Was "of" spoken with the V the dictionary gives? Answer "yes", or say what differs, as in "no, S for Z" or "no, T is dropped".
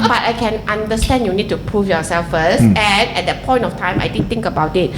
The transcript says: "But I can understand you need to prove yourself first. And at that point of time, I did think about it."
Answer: no, F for V